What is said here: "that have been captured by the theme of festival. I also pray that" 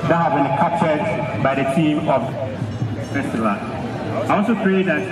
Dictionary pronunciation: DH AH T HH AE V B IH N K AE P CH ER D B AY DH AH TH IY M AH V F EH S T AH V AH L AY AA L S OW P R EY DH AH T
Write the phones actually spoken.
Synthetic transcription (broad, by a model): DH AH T HH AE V B IH N K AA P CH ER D B AY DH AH T IY M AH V P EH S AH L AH AY AA L S OW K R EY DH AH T